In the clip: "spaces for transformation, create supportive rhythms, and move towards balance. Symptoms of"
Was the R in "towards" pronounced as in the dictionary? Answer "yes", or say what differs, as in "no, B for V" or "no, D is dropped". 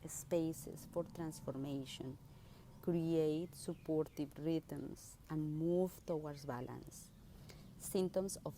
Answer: no, W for R